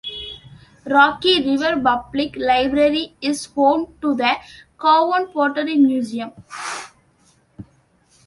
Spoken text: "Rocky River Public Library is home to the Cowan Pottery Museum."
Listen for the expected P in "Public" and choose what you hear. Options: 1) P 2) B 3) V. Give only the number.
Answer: 2